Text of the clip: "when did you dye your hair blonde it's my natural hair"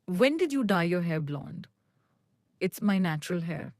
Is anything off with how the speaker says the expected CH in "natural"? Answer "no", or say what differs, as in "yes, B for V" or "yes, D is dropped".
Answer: no